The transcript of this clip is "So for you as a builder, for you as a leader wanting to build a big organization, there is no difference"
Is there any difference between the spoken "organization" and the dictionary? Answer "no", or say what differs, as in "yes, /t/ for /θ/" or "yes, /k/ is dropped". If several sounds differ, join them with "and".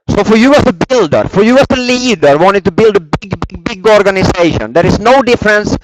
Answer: yes, /s/ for /z/